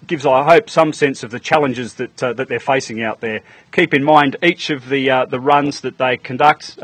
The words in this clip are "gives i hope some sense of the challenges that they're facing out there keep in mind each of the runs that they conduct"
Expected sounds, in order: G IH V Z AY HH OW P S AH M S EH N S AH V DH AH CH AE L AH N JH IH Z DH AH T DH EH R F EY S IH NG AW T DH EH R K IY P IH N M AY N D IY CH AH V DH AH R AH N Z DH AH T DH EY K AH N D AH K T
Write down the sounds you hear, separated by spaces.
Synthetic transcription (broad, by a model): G IH V Z AY HH OW P S AH M S EH N S AH V DH AH CH AE L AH N JH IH Z DH AH T DH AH R F EY S IH NG AW T DH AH R K IY P IH N M AY N D IY CH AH V DH AH R AH N Z DH AH T DH EY K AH N D AH K T